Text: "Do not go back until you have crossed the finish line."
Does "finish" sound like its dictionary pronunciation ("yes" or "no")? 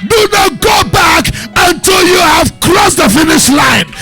yes